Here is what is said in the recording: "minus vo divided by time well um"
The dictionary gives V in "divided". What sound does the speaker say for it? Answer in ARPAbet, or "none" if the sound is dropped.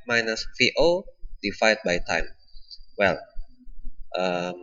F